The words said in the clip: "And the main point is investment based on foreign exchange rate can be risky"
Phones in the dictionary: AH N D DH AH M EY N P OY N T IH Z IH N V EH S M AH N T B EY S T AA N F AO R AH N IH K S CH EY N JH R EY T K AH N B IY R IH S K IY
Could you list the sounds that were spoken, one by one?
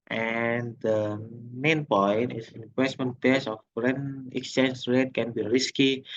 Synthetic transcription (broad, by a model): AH N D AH M EY N P OY N T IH S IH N W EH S M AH N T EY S AA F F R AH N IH K S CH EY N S R EY T K AH N B IY R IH S K IY